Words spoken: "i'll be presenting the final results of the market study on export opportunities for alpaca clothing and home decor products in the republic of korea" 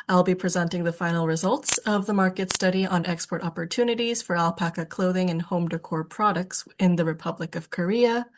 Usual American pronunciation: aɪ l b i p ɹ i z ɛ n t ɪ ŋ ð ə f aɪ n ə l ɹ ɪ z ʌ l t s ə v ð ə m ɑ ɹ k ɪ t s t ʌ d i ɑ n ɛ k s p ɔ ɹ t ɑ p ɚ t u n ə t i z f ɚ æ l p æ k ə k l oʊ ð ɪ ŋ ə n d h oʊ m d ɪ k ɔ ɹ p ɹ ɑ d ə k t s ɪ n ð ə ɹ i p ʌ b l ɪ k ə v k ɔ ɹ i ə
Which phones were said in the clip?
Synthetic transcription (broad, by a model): aɪ l b i p ɹ i z ɛ n t ɪ ŋ ð ə f aɪ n l ɹ ɪ z ʌ l t s ə v ð ə m ɑ ɹ k ɪ t s t ʌ d i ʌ n ɛ k s p ɔ ɹ t ɑ p ɚ t u n ə t i z f ɚ æ l p æ k ə k l oʊ ð ɪ ŋ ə n h oʊ m d ɪ k ɔ ɹ p ɹ ɑ d ə k t s ɪ n ð ə ɹ i p ʌ b l ɪ k ə v k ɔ ɹ i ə